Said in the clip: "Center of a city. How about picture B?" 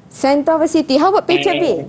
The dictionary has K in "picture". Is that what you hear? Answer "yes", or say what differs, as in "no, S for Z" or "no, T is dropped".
no, K is dropped